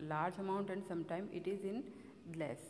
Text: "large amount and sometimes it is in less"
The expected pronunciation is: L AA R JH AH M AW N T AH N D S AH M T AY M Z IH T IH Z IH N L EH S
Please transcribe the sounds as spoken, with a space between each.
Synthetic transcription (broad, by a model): L AA R JH AH M AW N T AH N D S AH M T AY M IH T IH Z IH N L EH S